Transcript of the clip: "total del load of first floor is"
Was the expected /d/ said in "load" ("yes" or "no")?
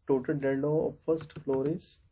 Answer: no